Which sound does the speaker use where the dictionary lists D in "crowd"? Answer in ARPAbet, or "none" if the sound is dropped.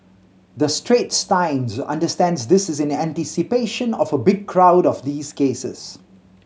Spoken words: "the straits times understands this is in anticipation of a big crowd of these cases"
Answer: D